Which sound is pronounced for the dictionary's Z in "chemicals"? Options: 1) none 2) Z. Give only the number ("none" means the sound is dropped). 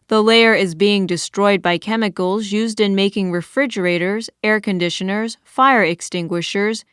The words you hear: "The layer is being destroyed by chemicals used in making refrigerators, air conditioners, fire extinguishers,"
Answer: 2